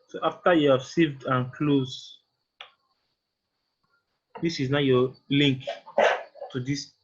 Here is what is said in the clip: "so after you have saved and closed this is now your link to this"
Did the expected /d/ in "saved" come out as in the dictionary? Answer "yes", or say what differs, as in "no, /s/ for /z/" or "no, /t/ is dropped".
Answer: yes